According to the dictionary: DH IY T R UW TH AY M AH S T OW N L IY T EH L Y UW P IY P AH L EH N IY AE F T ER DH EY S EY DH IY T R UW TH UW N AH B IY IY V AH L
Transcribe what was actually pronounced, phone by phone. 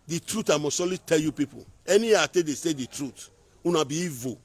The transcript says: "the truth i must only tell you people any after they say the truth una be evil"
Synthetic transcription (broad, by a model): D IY T R UW T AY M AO S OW L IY T EH L Y UW P IY P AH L EH N IY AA T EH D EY S EY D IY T R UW T UW N AH B IY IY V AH